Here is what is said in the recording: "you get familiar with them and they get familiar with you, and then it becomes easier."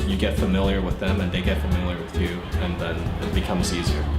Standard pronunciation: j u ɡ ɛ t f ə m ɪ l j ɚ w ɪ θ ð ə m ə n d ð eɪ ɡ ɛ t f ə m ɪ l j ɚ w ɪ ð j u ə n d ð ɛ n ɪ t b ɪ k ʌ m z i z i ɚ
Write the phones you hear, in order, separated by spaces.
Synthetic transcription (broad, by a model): j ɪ ɡ ɛ t f ə m ɪ l j ɚ w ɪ ð ə m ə n ð eɪ ɡ ɛ t f ə m ɪ l j ɚ w ɪ ð j u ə n ð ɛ n ɪ t b ɪ k ʌ m z i z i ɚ